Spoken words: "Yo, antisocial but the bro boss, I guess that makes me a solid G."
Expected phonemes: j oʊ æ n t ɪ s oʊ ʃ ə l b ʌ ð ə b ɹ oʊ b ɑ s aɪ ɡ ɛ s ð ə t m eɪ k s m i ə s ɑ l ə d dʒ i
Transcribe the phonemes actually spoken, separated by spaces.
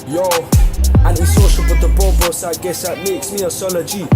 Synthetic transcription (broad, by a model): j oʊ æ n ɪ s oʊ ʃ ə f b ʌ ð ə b oʊ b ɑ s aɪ ɡ ɛ s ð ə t m eɪ k s m i ə s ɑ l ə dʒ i